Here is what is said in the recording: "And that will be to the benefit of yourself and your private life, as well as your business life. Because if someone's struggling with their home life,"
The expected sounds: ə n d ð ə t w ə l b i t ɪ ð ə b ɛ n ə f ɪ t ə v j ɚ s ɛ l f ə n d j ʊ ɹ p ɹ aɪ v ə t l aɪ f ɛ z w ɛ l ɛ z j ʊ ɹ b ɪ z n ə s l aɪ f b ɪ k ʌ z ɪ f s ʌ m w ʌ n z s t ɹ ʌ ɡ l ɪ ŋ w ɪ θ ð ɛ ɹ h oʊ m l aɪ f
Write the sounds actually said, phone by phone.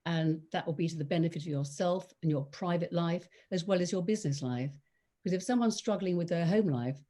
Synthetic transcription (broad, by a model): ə n ð ə t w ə l b i t ɪ ð ə b ɛ n ə f ɪ t ə v j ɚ s ɛ l f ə n j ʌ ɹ p ɹ aɪ v ə t l aɪ f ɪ z w ɛ l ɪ z j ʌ ɹ b ɪ z n ə s l aɪ f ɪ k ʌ z ɪ f s ʌ m w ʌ n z s t ɹ ʌ ɡ l ɪ ŋ w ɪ ð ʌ ɹ h oʊ m l aɪ f